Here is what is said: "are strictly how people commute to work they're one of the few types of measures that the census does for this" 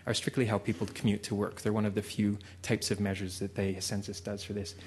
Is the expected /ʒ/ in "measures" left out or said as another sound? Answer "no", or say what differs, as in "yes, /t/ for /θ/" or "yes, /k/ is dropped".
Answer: no